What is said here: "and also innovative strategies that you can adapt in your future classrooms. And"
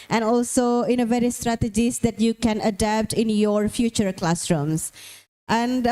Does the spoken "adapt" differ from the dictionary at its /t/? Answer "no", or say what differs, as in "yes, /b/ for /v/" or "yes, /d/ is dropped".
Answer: no